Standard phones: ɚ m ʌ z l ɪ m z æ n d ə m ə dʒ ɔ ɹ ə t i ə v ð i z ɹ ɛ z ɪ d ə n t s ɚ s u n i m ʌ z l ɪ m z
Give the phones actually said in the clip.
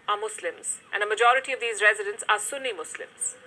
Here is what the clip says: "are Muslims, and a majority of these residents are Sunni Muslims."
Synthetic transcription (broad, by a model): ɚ m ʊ s l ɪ m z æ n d ə m ə dʒ ɔ ɹ ə t i ə v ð i z ɹ ɛ z ɪ d ə n t s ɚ s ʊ n i m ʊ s l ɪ m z